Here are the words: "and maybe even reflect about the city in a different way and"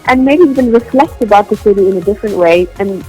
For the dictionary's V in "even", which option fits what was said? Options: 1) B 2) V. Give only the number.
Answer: 1